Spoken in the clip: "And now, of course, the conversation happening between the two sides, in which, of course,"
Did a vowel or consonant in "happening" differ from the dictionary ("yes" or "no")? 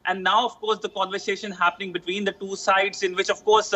no